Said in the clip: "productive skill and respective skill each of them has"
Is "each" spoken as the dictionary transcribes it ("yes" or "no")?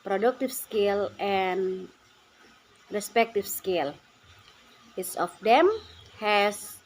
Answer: no